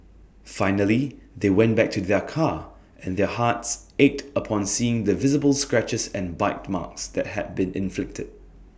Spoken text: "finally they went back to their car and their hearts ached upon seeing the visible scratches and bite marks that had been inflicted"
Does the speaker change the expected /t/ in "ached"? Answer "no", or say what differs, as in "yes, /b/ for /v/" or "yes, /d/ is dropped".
no